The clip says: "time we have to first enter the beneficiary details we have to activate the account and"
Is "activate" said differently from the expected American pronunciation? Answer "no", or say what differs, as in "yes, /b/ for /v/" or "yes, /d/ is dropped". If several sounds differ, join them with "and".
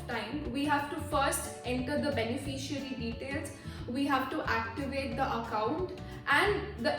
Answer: no